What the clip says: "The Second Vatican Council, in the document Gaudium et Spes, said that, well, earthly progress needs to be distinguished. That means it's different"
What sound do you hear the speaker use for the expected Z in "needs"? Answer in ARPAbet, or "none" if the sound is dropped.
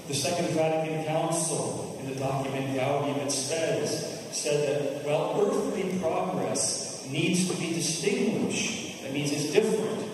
Z